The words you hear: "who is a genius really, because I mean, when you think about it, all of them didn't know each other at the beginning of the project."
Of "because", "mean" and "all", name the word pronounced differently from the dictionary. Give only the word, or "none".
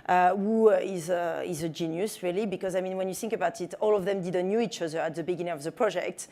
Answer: none